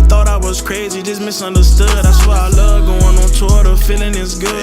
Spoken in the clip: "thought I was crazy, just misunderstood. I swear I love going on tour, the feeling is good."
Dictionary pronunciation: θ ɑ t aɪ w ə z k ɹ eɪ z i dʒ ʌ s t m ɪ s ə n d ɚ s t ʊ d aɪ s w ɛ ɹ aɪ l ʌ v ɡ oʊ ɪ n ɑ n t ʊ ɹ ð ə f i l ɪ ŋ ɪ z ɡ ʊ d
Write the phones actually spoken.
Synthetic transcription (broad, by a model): θ ɑ t aɪ w ə z k ɹ eɪ z i dʒ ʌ s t m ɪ s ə n d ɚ s t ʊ d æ s w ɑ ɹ aɪ l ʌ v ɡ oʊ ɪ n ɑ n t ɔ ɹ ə f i l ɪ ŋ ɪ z ɡ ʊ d